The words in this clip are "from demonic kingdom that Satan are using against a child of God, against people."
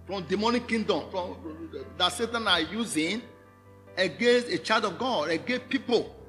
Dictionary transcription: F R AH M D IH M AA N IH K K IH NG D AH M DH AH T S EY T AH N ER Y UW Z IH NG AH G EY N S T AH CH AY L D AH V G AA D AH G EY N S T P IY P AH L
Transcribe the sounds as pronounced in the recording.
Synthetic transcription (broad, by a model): F R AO M D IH M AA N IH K K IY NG D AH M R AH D S EY T AH N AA Y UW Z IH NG AH G EY N S T AH CH AY D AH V G AA D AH G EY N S P IY P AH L